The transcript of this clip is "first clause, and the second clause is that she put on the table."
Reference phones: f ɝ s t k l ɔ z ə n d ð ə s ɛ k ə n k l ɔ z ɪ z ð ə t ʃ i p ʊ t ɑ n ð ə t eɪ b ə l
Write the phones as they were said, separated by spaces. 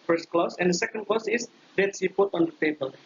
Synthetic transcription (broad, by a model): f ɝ s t k l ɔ s ə n d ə s ɛ k ə n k l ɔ s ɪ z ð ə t s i p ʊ t ɑ n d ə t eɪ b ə l